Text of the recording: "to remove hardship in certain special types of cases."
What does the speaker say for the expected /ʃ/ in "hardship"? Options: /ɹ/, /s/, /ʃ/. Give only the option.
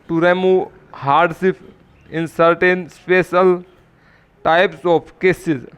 /s/